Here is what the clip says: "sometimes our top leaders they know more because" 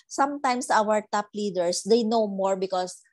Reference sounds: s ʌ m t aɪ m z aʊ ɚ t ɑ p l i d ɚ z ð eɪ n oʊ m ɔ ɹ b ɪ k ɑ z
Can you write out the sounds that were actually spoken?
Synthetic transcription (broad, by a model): s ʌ m t aɪ m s aʊ ɚ t ɑ p l i d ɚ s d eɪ n oʊ m ɔ ɹ b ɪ k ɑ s